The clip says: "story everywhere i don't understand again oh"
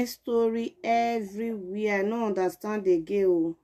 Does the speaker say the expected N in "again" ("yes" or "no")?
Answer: no